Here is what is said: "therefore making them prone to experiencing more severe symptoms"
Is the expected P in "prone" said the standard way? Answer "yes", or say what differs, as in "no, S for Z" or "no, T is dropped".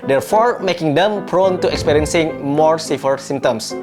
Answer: yes